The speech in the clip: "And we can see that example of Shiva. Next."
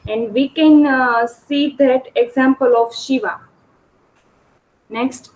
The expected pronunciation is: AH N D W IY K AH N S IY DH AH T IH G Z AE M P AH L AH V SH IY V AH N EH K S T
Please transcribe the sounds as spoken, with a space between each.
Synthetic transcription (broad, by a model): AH N D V IY K AH N S IY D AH T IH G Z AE M P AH L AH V SH IY V AH N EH K S T